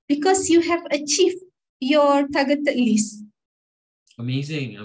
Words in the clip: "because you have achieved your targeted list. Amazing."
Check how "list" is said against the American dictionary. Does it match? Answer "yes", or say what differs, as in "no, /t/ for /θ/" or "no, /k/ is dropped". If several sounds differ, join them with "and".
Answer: no, /t/ is dropped